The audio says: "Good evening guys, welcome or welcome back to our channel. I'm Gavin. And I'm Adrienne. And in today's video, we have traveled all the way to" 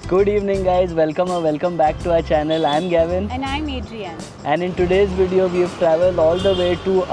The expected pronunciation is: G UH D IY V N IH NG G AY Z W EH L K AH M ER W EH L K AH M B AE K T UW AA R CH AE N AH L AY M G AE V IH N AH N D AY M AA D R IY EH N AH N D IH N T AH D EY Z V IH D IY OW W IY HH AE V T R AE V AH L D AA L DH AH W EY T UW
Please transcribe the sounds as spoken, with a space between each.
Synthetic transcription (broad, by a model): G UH D IY V N IH NG G AY Z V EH L K AH M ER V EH L K AH M B AE K T UW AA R CH AE N AH L AY M G AE V IH N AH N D AY M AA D R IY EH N AH N D IH N T AH D EY Z V IH D IY OW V IY V T R AE V AH L D AA L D AH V EY T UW